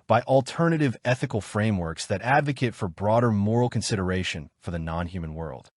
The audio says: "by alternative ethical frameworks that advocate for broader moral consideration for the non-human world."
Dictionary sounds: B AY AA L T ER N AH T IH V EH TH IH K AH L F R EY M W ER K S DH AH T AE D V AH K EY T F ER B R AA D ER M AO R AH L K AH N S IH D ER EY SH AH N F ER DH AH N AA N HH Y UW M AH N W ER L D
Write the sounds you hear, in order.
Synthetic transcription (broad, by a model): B AY AA L T ER N AH T IH V EH TH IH K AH L F R EY M W ER K S DH AH T AE D V AH K EY T F ER B R AA D ER M AO R L K AH N S IH D ER EY SH AH N F ER DH AH N AA N HH Y UW M AH N W ER L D